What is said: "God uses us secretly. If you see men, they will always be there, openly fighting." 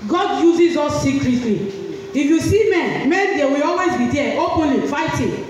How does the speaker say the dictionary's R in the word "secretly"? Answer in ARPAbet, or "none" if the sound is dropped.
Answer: L